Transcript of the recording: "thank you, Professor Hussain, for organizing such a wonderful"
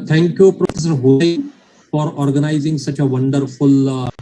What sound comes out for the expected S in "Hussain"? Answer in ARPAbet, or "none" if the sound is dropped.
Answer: none